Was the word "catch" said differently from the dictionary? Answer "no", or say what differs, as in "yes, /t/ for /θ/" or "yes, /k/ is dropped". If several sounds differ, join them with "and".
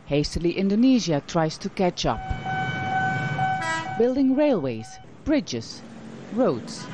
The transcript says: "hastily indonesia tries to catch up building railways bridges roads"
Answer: no